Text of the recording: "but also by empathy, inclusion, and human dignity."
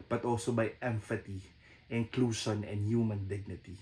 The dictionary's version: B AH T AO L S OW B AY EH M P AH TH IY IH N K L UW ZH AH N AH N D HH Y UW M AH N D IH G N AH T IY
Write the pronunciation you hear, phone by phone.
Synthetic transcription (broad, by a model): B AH T AO L S OW B AY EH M F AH T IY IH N K L UW SH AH N AH N D HH Y UW M AH N D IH G N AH T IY